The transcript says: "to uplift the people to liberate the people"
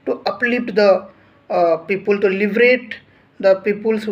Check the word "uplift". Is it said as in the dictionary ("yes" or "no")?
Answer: no